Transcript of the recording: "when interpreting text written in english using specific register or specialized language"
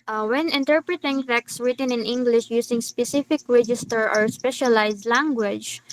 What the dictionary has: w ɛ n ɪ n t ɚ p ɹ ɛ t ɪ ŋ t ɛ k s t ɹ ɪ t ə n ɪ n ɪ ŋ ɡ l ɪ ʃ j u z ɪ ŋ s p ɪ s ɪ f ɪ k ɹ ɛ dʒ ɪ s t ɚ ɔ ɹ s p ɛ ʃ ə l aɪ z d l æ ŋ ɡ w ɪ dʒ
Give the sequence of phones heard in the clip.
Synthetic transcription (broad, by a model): w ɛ n ɪ n t ɚ p ɹ ɛ t ɪ ŋ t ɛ k s ɹ ɪ t ə n ɪ n ɪ ŋ ɡ l ɪ ʃ j u s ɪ ŋ s p ɪ s ɪ f ɪ k ɹ ɛ dʒ ɪ s t ɚ ɔ ɹ s p ɛ ʃ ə l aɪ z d l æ ŋ ɡ w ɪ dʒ